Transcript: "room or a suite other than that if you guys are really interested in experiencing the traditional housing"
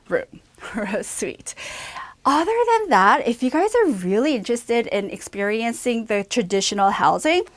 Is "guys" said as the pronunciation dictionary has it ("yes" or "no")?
yes